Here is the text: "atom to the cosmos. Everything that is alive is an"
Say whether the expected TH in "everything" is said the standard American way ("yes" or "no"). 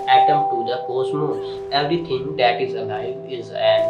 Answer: no